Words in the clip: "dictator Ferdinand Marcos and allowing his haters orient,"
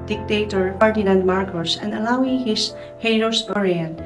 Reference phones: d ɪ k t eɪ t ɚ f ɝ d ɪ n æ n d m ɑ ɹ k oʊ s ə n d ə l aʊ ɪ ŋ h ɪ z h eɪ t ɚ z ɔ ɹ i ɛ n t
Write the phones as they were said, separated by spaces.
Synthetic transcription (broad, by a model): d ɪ k t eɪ t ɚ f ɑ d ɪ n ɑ n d m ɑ ɹ k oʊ s ə n d ə l aʊ ɪ ŋ h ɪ s h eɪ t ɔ s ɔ ɹ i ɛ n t